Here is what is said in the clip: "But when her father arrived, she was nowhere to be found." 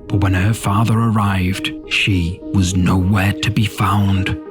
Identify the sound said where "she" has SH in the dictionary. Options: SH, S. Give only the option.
SH